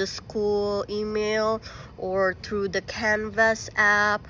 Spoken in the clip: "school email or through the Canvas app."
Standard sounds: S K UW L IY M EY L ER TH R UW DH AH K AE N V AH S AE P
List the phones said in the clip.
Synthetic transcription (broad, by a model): S K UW L IY M EY L ER TH R UW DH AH K AE N V AH S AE P